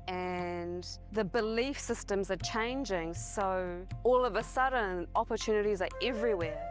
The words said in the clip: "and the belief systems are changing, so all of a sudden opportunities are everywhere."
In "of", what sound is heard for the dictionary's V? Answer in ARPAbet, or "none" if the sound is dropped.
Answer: V